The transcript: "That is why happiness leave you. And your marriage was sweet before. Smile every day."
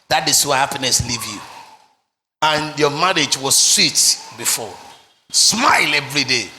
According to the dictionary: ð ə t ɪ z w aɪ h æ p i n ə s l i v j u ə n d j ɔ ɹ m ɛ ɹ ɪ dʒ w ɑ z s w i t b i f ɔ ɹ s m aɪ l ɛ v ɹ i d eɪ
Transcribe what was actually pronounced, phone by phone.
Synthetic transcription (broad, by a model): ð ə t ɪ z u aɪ h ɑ p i n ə s l i v j u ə n j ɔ m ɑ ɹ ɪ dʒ w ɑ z s w i t b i f ɔ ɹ s m aɪ l ɛ v ɹ i d eɪ